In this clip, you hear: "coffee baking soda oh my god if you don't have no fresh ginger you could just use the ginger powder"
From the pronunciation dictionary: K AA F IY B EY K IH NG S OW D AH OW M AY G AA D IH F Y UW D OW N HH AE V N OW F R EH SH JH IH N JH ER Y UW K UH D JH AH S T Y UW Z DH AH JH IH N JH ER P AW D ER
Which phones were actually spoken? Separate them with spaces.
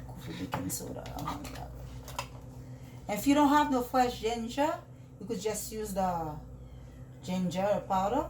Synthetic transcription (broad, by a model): K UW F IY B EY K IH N S OW D AH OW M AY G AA IH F Y UW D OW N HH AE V N OW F L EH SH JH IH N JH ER Y UW K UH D JH AH S T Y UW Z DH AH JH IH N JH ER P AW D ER